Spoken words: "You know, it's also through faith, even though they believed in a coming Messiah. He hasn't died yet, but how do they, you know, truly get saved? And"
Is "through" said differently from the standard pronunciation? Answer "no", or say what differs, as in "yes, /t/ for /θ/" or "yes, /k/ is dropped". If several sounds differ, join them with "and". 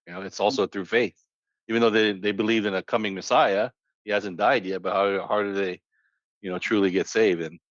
no